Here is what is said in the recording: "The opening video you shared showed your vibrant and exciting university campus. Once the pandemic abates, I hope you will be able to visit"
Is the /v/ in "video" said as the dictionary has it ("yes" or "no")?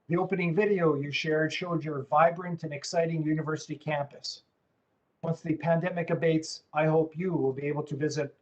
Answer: yes